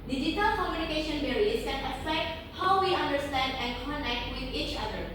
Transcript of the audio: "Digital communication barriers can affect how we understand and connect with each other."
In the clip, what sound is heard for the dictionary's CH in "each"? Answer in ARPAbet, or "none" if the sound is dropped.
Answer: CH